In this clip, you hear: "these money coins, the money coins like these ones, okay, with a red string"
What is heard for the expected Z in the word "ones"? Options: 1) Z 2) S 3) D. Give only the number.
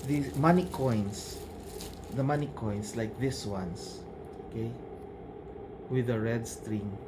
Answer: 2